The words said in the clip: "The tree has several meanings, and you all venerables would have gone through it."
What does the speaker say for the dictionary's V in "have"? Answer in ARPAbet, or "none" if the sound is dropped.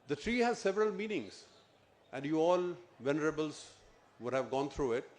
V